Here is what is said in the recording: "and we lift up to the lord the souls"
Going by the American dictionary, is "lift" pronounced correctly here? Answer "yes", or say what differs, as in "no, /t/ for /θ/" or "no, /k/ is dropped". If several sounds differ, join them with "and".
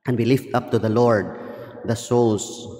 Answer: yes